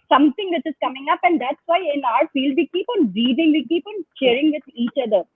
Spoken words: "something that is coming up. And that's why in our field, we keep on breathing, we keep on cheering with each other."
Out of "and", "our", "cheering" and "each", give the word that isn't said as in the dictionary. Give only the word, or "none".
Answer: cheering